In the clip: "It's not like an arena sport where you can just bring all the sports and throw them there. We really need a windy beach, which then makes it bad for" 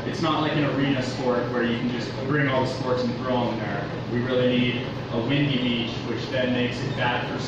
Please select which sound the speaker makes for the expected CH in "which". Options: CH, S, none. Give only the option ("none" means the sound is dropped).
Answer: CH